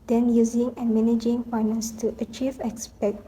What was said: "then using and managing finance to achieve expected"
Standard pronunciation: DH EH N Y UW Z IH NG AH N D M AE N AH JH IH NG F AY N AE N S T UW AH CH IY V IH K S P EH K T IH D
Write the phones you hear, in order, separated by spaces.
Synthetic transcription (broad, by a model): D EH N Y UW Z IH NG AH N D M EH N JH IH NG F AY N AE N S T UW AH CH IY V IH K S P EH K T